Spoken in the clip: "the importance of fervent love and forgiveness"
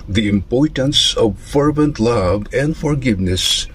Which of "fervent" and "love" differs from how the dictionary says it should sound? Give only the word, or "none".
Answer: none